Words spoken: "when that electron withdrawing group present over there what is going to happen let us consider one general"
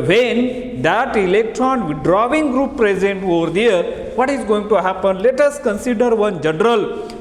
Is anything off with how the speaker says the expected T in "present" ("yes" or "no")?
no